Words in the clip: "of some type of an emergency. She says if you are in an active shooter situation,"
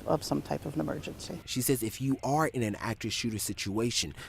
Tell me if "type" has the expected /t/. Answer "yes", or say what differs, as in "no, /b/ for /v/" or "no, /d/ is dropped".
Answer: yes